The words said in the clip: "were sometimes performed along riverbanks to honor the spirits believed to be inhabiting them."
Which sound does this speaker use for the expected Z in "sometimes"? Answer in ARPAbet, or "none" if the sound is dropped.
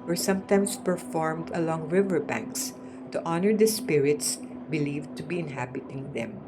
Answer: S